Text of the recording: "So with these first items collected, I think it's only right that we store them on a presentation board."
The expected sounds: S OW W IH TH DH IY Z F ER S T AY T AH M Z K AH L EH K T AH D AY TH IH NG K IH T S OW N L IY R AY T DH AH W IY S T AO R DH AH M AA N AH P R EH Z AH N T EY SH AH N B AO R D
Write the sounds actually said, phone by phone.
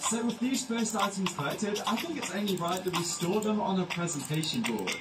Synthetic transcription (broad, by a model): S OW W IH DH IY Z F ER S T AY T AH M Z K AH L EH K T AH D AY TH IH NG K IH T S OW N L IY R AY T DH AH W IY S T AO DH AH M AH N AH P R EH Z AH N T EY SH AH N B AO